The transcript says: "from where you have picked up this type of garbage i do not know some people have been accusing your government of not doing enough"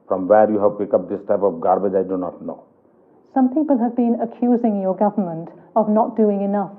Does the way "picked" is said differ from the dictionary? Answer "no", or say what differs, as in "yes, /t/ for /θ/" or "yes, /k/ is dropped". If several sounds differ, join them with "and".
yes, /t/ is dropped